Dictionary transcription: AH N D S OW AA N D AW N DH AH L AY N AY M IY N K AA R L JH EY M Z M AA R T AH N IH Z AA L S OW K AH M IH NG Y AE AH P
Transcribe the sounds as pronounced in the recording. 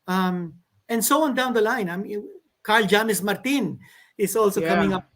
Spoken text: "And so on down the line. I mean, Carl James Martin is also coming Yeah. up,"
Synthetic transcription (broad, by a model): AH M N S OW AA N D AW N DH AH L AY N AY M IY K AA R L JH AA M S M AA R T AH N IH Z AA L S OW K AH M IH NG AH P